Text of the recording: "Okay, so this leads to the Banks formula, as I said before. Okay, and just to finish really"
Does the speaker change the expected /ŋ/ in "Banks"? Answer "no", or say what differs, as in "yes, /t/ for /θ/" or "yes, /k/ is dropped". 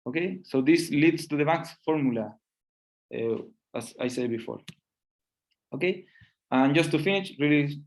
yes, /ŋ/ is dropped